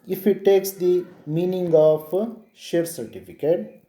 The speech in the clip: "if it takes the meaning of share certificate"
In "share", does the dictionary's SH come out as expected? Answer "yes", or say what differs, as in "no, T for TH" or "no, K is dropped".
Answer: yes